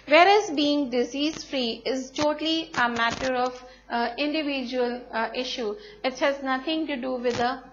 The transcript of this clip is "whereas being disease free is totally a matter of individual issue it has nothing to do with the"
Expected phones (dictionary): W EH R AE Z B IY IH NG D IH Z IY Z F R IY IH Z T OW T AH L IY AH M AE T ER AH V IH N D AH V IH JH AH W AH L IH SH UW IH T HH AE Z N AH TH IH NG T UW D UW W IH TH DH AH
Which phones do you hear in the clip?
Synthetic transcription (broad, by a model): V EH R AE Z B IY IH NG D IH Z IY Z F R IY IH Z T OW T AH L IY AH M AE T ER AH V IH N D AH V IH JH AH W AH L IH SH UW IH T HH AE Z N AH T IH NG T UW D UW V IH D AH